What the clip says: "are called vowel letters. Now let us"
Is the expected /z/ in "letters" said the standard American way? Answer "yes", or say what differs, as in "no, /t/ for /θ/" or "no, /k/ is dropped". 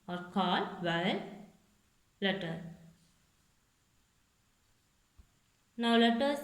no, /z/ is dropped